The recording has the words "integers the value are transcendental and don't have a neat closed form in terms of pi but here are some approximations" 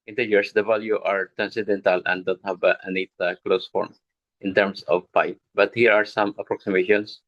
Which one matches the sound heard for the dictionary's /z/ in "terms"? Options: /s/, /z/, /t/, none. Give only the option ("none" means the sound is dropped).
/s/